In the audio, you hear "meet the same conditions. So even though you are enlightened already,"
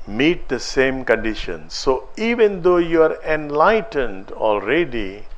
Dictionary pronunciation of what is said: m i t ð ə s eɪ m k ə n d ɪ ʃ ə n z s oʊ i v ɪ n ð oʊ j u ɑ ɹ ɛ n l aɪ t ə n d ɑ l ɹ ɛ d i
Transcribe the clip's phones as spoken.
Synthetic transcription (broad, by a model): m i t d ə s eɪ m k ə n d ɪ ʃ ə n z s oʊ i v ɪ n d oʊ j u ɑ ɹ ɛ n l aɪ t ə n d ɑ l ɹ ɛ d i